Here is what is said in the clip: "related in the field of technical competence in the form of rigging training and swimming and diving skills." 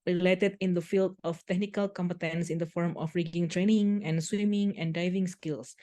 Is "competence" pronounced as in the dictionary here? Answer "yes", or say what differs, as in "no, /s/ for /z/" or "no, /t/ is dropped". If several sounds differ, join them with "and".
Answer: yes